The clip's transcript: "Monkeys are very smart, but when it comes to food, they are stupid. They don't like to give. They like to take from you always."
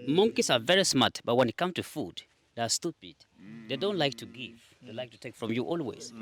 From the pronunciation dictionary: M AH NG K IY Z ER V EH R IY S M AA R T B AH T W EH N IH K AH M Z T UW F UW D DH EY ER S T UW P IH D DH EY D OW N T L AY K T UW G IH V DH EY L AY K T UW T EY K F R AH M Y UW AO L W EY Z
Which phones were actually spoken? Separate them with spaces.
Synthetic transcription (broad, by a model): M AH NG K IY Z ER V EH R IY S M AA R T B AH T W EH N IH K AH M T UW F UW D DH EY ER S T UW P IH D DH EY D OW N T L AY K T UW G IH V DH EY L AY K T UW T EY K F R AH M Y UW AO L W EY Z